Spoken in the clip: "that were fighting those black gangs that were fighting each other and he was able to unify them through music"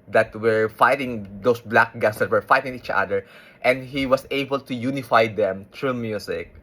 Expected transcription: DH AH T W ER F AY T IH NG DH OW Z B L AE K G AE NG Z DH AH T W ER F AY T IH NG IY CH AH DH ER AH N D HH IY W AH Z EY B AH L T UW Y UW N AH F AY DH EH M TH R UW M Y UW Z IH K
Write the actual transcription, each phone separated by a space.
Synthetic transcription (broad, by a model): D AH T W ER F AY T IH NG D OW S B L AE K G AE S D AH T W ER F AY T IH NG IY CH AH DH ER AH N D HH IY W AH S EY B AH L T UW Y UW N AH F AY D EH M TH R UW M Y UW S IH K